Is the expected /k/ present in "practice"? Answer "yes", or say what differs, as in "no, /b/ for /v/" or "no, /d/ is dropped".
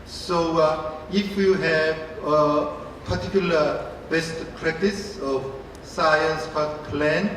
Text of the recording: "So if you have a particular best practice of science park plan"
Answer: no, /k/ is dropped